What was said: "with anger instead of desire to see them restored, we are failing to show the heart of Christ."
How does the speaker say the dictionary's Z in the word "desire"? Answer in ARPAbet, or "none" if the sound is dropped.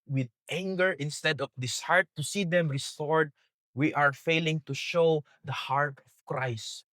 S